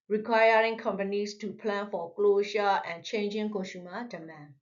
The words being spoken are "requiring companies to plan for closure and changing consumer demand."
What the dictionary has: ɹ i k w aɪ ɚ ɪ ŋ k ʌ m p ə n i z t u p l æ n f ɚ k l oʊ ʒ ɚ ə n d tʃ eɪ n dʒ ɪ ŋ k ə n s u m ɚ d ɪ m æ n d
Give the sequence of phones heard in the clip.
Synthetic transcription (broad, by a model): ɹ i k w aɪ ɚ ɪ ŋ k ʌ m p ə n i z t u p l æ n f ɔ k l oʊ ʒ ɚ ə n tʃ eɪ n dʒ ɪ ŋ k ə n ʃ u m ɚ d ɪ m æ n